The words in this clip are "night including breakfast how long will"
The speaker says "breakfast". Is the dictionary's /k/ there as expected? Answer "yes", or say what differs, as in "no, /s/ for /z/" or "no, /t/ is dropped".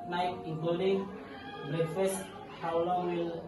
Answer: no, /k/ is dropped